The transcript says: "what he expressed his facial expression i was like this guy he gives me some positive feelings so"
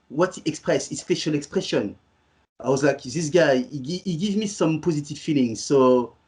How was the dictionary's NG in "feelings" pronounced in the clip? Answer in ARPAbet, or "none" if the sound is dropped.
NG